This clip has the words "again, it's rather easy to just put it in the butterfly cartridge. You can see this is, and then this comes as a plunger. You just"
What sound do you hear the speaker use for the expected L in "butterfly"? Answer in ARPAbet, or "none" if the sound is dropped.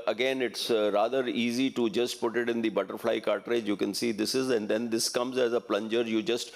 L